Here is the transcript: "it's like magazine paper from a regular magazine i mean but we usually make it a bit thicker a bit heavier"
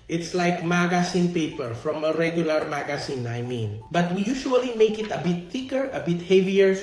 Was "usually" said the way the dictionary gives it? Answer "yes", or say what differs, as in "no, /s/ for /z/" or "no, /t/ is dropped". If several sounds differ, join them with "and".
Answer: no, /ʃ/ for /ʒ/